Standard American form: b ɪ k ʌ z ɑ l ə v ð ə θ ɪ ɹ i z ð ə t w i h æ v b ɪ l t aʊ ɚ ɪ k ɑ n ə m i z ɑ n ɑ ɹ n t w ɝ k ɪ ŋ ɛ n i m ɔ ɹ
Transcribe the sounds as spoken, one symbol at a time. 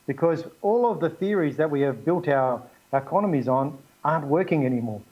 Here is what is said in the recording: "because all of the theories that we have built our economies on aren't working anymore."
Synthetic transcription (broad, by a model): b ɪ k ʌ z ɑ l ə v ð ə θ ɪ ɹ i z ð ə t w i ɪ v b ɪ l t aʊ ɚ ɪ k ɑ n ə m i z n ɑ ɹ n t w ɝ k ɪ ŋ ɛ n i m ɔ ɹ